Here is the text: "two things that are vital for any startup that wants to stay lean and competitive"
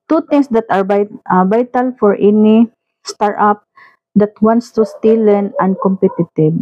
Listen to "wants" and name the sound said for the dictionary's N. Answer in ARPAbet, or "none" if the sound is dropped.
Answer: N